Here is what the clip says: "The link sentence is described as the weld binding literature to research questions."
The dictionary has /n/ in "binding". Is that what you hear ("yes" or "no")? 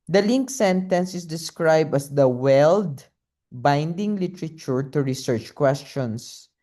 yes